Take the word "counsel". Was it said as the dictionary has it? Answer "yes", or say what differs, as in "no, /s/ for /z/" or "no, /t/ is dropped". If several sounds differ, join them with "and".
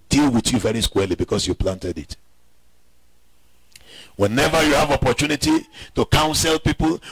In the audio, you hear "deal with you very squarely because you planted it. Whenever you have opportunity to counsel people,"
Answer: yes